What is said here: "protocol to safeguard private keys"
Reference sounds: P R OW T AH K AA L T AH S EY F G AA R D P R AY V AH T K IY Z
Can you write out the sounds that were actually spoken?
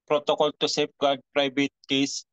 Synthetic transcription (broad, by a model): P R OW T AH K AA L T AH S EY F G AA R D P R AY B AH T K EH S